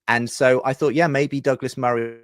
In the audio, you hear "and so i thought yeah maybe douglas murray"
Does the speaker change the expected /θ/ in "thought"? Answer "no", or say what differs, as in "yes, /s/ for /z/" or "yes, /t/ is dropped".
no